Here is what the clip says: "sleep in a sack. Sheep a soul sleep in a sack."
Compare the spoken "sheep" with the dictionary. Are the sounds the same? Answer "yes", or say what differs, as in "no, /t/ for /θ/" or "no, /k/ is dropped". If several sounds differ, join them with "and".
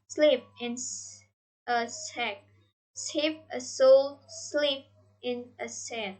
no, /s/ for /ʃ/